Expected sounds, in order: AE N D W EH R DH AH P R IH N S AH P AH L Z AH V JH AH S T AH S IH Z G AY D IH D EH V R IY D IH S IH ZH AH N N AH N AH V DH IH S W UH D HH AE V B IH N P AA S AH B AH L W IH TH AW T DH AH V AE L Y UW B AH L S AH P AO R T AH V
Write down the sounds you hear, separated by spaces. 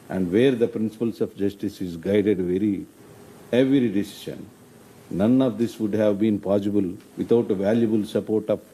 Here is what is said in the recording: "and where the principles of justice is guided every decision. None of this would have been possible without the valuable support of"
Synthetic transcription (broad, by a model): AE N D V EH R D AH P R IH N S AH P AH L S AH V JH AH S T AH S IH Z G AY D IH D EH V R IY D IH S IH SH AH N N AH N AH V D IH S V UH D HH AE V B IH N P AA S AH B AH L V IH T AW T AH V AE L Y UW B AH L S AH P AO R T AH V